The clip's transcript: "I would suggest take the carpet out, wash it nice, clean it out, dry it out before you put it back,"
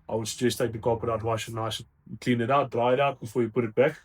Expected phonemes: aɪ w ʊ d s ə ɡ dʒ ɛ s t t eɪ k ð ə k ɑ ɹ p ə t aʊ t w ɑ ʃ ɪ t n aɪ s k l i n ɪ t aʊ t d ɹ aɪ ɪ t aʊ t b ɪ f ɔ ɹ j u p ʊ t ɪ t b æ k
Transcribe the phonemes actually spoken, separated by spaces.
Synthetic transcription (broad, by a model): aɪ w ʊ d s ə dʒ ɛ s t t eɪ k ð ə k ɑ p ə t aʊ t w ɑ ɪ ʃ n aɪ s k l i n ɪ t aʊ t d ɹ aɪ ɪ t aʊ t b ɪ f ɔ ɹ j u p ʊ t ɪ t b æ k